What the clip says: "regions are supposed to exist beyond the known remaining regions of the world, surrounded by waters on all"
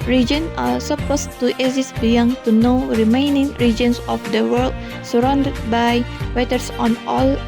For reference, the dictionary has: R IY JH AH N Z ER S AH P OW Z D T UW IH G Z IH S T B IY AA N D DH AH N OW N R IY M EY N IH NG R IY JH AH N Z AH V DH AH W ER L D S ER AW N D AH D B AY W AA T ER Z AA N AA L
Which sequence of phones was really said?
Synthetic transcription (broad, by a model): R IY JH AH N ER S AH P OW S T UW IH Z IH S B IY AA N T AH N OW R IY M EY N IH NG R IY JH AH N S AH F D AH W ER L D S ER AW N D AH D B AY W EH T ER S AA N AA L